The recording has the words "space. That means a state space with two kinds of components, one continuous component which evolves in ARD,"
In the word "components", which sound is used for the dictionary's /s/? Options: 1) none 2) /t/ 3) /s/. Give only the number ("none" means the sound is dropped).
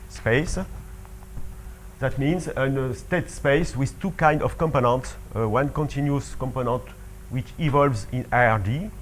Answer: 3